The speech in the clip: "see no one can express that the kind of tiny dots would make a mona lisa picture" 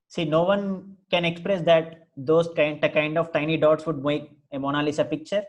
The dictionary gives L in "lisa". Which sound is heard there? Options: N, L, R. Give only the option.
L